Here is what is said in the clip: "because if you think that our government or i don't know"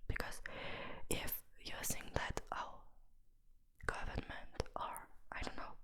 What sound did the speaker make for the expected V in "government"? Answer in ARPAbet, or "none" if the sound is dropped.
V